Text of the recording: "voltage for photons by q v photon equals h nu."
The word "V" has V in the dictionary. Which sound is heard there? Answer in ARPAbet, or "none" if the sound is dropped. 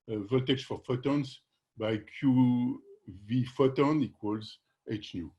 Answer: V